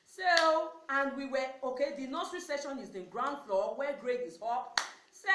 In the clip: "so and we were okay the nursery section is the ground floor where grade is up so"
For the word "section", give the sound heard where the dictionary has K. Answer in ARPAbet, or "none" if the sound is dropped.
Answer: none